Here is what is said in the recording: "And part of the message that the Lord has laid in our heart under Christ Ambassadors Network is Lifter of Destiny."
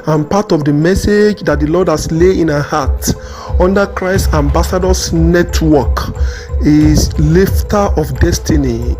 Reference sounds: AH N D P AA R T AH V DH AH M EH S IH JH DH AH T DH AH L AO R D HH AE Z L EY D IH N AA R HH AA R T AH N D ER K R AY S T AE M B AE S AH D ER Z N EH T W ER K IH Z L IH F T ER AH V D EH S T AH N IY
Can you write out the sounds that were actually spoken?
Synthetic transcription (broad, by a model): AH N P AA T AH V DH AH M EH S IH JH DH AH T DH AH L AO D HH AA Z L EY IH N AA HH AA T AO N D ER K R AY S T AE M B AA S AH D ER S N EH T W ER K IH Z L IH F T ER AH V D EH S T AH N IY